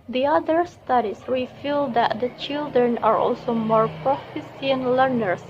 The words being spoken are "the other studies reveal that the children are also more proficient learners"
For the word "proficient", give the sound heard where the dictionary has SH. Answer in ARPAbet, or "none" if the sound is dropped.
S